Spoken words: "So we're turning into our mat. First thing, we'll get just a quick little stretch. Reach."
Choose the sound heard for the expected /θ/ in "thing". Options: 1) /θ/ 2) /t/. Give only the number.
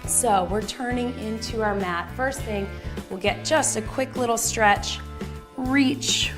1